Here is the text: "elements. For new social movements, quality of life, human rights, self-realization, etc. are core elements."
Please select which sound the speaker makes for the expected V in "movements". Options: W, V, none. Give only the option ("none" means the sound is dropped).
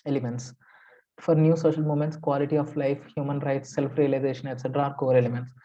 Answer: none